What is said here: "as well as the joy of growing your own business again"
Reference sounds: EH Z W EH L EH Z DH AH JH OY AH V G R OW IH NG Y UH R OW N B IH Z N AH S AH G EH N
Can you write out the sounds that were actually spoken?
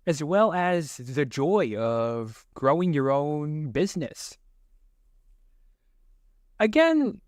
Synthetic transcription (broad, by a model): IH Z W EH L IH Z DH AH JH OY AH V G R OW IH NG Y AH R OW N B IH Z N AH S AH G EH N